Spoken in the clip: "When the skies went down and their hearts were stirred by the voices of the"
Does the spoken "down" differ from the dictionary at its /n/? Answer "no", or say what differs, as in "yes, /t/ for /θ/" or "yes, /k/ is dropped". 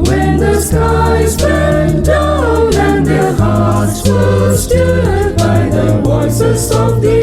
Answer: yes, /n/ is dropped